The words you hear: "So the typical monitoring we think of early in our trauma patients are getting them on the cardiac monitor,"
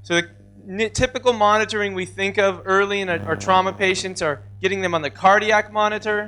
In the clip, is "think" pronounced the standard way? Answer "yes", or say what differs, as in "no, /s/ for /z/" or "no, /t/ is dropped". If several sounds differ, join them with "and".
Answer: yes